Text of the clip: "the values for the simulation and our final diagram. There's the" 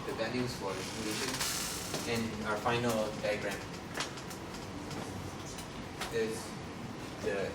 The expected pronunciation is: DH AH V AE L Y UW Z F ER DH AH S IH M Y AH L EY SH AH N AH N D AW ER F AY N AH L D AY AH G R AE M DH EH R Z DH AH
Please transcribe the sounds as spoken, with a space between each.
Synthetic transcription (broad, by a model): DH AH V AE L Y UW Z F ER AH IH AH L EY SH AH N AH N AW ER F AY N AH L D AY AH G R AE M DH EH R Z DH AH